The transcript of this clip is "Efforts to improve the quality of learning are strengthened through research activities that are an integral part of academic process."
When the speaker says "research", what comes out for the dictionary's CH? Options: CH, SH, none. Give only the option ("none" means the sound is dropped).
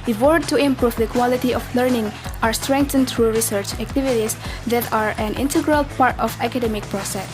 CH